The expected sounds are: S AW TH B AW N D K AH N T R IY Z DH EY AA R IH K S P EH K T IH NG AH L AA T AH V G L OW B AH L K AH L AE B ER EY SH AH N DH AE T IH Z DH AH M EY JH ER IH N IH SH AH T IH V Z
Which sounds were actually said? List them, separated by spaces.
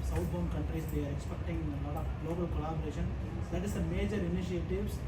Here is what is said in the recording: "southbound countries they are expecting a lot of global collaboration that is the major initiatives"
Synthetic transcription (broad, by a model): S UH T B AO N K AH N T R IY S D EY AA R IH K S P EH K T IH NG AH N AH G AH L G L OW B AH L K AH L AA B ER EY SH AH N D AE T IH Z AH M EY JH ER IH N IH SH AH T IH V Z